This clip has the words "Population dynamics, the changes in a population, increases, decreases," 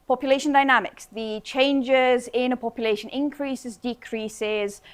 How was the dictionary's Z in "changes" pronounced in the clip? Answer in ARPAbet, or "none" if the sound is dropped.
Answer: Z